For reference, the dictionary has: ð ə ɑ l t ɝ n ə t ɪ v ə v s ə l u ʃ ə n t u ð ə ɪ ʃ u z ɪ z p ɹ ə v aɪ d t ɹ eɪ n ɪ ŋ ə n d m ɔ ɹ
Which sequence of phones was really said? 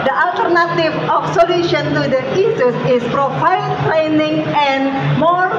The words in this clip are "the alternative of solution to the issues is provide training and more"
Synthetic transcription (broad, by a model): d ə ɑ l t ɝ n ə t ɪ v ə f s ə l u ʃ ə n t u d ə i s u s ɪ s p ɹ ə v aɪ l t ɹ eɪ n ɪ ŋ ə n m ɔ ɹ